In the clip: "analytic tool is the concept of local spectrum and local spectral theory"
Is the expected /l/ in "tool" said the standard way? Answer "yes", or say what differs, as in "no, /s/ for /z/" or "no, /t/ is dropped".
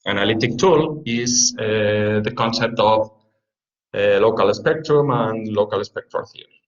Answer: yes